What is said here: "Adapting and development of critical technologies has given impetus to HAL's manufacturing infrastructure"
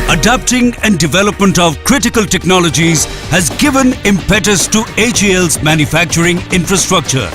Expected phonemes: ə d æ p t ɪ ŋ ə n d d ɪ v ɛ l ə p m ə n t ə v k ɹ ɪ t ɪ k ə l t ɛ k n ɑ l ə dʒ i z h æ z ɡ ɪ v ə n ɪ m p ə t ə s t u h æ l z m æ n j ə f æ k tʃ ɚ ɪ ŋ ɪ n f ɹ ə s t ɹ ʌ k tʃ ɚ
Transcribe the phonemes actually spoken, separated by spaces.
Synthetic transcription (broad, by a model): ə d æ p t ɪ ŋ ə n d d ɪ v ɛ l ə p m ə n t ə v k ɹ ɪ t ɪ k ə l t ɛ k n ɑ l ə dʒ i z h æ z ɡ ɪ v ə n ɪ m p ə t ə s t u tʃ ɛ l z m æ n j ə f æ k tʃ ɚ ɪ ŋ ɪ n f ɹ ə s t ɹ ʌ k tʃ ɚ